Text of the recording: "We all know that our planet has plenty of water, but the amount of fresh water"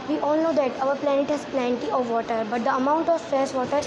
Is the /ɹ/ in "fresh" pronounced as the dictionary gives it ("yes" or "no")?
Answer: no